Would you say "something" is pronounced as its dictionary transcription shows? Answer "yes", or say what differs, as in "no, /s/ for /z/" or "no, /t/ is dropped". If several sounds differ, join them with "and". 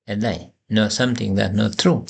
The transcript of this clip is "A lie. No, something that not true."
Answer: no, /t/ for /θ/